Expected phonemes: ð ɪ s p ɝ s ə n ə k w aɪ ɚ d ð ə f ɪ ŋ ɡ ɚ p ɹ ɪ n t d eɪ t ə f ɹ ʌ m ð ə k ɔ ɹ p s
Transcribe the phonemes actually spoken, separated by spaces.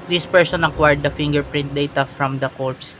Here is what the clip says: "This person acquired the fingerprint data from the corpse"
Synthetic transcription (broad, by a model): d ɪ s p ɝ s ə n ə k w aɪ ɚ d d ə f ɪ ŋ ɡ ɚ p ɹ ɪ n t d eɪ t ə f ɹ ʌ m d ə k ɔ ɹ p s